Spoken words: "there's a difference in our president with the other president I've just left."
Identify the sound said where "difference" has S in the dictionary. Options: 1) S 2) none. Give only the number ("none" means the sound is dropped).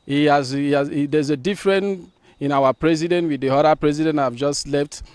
2